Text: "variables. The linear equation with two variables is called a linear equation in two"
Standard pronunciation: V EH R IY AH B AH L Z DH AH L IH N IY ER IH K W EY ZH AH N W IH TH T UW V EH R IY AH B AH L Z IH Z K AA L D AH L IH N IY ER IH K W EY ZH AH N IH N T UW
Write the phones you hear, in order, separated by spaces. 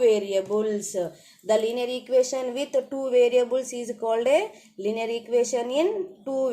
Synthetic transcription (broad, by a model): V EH R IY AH B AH L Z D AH L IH N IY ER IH K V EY SH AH N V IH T T UW V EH R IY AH B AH L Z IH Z K AA L D AH L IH N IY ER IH K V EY SH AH N IH N T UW